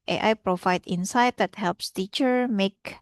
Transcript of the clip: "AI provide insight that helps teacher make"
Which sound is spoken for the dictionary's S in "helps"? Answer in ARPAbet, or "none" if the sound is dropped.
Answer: S